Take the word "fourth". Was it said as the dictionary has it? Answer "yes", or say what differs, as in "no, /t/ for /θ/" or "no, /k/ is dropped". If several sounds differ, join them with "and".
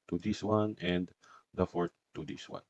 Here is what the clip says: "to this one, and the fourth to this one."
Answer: no, /t/ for /θ/